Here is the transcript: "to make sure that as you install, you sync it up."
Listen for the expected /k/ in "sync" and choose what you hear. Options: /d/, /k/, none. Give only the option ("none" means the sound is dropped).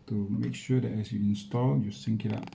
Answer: /k/